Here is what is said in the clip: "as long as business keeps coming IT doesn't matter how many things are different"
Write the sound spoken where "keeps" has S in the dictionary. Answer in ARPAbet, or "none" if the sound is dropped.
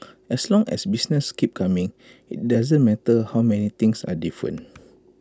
none